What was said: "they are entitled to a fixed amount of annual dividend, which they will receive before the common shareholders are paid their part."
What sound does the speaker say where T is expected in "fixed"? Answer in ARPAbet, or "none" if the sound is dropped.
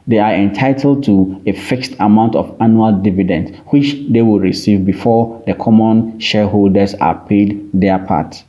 T